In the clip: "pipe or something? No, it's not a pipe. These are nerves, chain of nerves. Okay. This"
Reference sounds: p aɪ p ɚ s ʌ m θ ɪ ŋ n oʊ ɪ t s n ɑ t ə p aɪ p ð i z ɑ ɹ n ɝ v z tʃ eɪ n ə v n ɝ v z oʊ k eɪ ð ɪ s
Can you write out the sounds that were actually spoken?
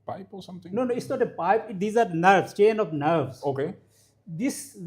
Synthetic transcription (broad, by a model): p aɪ p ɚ s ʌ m t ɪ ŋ n oʊ ɪ t s n ɑ t ə p aɪ p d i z ɑ ɹ n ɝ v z tʃ eɪ n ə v n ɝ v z oʊ k eɪ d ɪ s